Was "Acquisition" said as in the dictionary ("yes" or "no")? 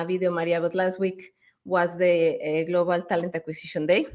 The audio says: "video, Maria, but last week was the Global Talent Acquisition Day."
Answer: no